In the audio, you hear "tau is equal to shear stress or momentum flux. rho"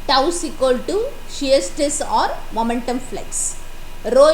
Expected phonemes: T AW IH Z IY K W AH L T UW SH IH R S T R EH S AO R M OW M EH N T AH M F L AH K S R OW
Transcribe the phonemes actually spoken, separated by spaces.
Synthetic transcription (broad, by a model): T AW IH S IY K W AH L T UW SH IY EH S T EH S AO R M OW M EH N T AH M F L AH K S R OW